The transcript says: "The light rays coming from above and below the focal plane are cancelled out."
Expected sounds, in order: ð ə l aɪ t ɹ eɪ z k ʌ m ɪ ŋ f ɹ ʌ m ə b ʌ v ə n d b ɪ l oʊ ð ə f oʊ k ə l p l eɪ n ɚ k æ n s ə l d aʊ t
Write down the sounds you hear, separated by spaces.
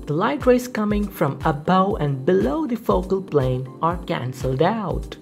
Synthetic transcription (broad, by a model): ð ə l aɪ t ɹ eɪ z k ʌ m ɪ ŋ f ɹ ʌ m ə b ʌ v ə n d b ɪ l oʊ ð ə f oʊ k ə l p l eɪ n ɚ k æ n s ə l d aʊ t